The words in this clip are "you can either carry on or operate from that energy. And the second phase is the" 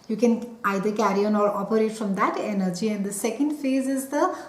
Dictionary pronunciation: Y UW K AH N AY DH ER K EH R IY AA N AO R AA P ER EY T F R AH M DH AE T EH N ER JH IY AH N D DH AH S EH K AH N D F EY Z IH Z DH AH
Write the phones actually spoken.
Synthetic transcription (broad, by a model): Y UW K AH N AY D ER K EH R IY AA N AO R AA P ER EY T F R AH M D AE T EH N ER JH IY AH N D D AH S EH K AH N D F EY Z IH Z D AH